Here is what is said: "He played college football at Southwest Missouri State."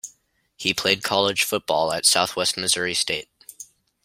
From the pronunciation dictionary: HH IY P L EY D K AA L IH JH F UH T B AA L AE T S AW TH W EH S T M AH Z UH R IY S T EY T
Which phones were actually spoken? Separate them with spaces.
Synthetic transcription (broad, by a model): HH IY P L EY D K AA L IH ZH F UH T B AA L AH T S AW TH W EH S T M AH Z UH R IY S T EY T